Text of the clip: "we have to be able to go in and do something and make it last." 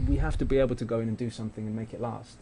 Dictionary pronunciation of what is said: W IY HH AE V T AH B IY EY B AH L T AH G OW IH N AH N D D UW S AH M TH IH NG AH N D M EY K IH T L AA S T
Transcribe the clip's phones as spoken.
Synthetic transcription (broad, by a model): W IY HH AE F T AH B IY EY B L T AH G OW IH N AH N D D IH S AH M TH IH NG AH N M EY K IH T L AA S T